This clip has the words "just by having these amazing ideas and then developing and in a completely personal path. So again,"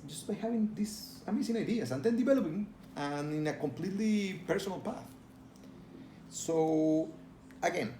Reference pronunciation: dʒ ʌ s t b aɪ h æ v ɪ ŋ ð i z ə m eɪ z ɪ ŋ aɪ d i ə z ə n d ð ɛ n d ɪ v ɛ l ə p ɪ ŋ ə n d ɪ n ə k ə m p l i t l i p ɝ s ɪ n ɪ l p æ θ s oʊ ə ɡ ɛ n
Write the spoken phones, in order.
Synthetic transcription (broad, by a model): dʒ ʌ s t b aɪ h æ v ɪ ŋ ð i s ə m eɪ s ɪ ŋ aɪ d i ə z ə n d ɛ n d ɪ v ɛ l ə p ɪ ŋ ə n ɪ n ə k ə m p l i t l i p ɝ s ɪ n ɪ l p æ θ s oʊ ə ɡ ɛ n